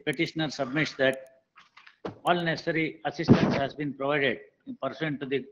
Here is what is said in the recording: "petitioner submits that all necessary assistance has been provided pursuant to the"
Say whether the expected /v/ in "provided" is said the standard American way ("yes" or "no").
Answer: yes